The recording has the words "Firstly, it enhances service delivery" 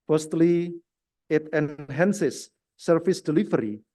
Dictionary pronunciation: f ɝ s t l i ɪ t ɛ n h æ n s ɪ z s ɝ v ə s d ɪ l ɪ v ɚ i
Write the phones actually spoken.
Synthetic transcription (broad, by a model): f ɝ s t l i ɪ t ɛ n h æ n s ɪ s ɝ f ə s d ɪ l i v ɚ i